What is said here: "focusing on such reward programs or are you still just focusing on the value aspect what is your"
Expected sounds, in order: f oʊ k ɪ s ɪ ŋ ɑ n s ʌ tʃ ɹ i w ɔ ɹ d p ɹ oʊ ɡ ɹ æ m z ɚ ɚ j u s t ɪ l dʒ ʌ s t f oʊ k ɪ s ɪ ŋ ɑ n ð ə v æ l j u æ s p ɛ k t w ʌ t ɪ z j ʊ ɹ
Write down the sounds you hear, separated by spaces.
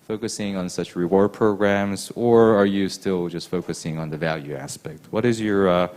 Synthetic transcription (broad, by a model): f oʊ k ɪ s ɪ ŋ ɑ n s ʌ tʃ ɹ i w ɔ ɹ d p ɹ oʊ ɡ ɹ æ m z ɚ ɚ j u s t ɪ l dʒ ʌ s t f oʊ k ɪ s ɪ ŋ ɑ n ð ə v æ l j u æ s p ɛ k t w ʌ t ɪ z j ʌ ɹ